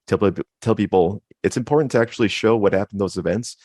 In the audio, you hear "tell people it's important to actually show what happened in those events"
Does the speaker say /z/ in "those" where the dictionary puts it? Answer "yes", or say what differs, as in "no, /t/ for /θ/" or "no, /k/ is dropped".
yes